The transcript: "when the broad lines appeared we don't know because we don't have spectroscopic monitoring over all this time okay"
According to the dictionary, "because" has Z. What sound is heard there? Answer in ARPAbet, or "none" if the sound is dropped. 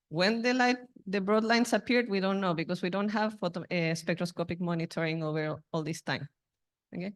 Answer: S